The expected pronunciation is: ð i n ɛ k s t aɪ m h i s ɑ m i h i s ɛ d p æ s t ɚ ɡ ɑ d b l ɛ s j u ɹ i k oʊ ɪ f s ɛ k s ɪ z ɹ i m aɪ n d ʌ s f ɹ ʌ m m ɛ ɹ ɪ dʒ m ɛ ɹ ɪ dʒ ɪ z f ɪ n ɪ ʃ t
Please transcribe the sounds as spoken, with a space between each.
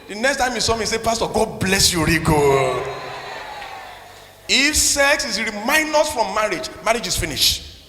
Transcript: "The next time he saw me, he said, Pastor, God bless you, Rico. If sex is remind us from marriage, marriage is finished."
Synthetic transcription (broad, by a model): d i n ɛ k s t aɪ m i s ɑ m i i s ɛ p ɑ s t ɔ ɡ ɑ d b l ɛ s j u ɹ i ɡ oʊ ɪ f s ɛ k s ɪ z ɹ i m aɪ n d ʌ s f ɹ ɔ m m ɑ ɹ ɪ dʒ m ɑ ɹ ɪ dʒ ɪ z f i n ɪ ʃ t